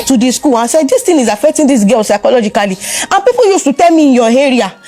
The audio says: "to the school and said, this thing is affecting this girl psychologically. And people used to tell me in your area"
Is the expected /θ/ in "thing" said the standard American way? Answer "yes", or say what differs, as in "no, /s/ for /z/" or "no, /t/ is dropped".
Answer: no, /t/ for /θ/